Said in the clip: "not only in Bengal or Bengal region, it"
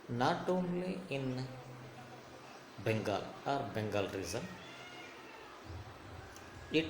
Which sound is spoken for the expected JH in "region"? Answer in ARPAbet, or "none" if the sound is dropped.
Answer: Z